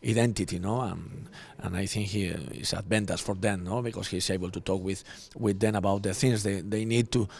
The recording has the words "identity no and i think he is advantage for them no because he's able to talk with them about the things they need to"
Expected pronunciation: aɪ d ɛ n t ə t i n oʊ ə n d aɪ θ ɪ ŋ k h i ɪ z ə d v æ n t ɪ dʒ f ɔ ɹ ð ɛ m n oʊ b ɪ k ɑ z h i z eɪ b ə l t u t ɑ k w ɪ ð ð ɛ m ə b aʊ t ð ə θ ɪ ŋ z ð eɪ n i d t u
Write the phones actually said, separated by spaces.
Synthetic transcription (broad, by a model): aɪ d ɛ n t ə t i n oʊ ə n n aɪ θ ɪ ŋ k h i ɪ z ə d b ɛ n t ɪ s f ɔ ɹ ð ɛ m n oʊ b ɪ k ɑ s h i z eɪ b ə l t u t ɑ k w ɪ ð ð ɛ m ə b aʊ t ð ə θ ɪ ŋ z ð eɪ n i d t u